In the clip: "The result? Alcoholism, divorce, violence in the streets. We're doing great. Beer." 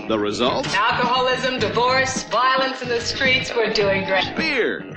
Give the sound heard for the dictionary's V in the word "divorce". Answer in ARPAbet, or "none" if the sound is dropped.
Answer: V